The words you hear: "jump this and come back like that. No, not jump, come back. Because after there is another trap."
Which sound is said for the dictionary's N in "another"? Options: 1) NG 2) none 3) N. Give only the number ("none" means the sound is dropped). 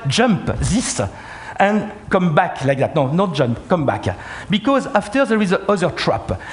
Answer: 2